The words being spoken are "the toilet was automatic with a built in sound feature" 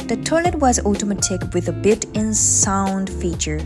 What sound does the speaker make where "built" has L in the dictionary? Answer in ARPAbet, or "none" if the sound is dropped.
none